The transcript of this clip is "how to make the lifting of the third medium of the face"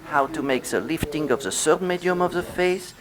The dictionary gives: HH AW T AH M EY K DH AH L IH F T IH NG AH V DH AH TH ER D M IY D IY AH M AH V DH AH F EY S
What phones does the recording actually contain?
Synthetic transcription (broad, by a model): HH AW T AH M EY K DH AH L IH F T IH NG AH V DH AH S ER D M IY D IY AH M AH V DH AH F EY S